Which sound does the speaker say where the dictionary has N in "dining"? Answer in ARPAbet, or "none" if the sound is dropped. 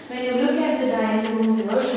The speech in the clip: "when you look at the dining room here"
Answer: none